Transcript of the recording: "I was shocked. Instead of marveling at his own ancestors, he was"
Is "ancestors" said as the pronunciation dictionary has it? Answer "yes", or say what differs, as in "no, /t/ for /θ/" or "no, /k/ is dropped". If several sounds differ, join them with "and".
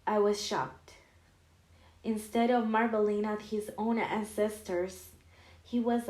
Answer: yes